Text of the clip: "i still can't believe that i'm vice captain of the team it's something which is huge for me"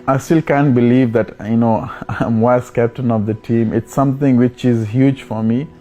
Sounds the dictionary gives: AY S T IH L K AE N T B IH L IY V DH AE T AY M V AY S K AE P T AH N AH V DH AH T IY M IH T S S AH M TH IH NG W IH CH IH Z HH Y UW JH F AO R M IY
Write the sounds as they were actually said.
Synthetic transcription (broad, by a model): AY S T IH L K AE N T B IH L IY V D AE T AY M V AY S K AE P T AH N AH V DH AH T IY M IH T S S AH M T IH NG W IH CH IH Z HH Y UW JH F AO R M IY